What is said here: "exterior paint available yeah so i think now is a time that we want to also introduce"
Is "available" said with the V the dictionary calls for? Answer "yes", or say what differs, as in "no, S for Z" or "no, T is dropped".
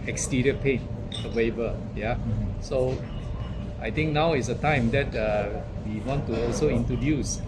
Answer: no, W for V